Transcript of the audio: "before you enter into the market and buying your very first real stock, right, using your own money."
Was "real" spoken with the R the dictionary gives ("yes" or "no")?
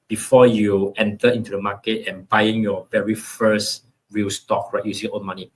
yes